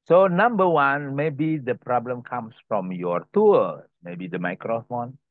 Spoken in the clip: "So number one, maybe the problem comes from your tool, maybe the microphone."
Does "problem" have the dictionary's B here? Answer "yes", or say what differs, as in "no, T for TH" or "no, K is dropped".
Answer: yes